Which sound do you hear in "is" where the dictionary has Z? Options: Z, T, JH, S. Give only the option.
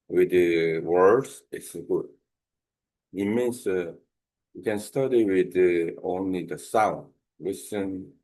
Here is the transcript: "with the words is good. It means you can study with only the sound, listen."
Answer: S